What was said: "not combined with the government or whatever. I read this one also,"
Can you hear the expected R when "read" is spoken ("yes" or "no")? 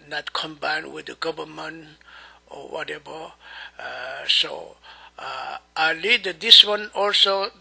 no